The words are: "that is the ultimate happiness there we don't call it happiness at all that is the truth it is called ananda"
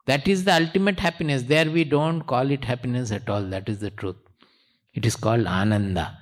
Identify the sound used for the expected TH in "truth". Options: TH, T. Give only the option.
T